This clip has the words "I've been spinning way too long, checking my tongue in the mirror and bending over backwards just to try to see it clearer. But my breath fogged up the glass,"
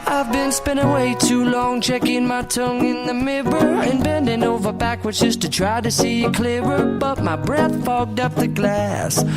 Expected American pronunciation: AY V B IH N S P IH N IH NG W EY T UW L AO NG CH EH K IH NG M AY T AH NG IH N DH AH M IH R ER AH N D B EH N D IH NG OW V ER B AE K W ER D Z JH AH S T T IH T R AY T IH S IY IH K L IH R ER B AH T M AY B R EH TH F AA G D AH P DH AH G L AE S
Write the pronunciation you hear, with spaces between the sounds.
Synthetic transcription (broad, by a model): AY V B IH N S P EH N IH W EY T UW L AO NG CH EH K IH NG M AY T AH NG IH N DH AH M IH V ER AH N B EH N D IH NG OW V ER B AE K W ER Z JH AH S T T IH T R AY T IH S IY IH K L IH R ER B AH T M AY B R EH TH F AA G D AH P DH AH G L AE S